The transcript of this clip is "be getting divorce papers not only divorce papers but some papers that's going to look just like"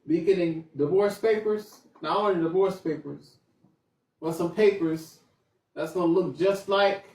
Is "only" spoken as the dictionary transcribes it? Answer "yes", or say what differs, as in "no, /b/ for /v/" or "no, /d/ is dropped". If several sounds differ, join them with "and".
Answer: no, /l/ is dropped